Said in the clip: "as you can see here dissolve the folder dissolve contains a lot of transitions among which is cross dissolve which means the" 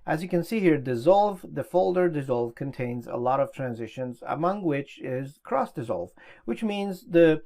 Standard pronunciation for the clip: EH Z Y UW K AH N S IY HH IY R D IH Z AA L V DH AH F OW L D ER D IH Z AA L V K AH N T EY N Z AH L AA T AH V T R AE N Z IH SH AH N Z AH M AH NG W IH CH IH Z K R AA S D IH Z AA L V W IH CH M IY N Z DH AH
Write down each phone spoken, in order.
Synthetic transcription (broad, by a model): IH Z Y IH K AH N S IY HH IY R D IH Z AA L V DH AH F OW L D ER D IH Z AA L V K AH N T EY N Z AH L AA T AH V T R AE N Z IH SH AH N Z AH M AH NG W IH CH IH Z K R AA S D IH Z AA L V W IH CH M IY N Z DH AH